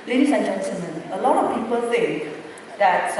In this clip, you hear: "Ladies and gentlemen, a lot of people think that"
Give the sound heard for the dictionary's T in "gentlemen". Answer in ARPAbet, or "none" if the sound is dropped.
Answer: S